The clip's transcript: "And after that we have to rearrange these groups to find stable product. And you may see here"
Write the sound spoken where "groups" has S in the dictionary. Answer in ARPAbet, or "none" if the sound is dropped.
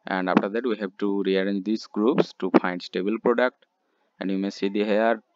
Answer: S